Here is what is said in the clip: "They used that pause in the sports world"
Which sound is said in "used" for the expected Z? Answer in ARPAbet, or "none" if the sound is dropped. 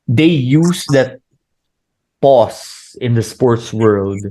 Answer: S